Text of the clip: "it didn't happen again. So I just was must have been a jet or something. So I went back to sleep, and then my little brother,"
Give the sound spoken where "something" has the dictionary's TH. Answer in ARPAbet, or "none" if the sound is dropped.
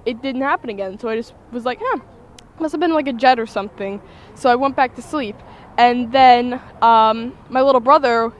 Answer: TH